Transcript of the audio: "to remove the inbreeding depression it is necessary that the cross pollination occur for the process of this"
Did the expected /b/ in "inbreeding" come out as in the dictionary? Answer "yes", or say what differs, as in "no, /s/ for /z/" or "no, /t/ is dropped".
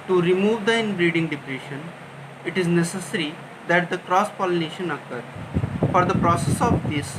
yes